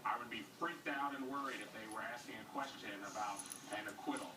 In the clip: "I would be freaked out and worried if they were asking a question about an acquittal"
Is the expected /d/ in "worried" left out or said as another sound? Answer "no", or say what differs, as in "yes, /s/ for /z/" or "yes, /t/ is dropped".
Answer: no